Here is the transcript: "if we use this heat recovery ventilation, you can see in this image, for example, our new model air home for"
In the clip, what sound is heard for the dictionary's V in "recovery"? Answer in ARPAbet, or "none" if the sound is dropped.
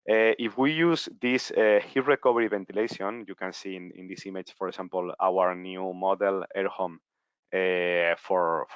B